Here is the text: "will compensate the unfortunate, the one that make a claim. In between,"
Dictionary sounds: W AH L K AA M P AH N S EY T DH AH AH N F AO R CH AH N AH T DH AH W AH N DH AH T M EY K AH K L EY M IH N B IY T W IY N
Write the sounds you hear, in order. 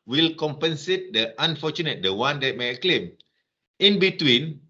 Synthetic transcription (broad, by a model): W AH L K AA M P AH N S EY T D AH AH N F AO CH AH N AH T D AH W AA N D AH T M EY AH K L EY M IH N B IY T W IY N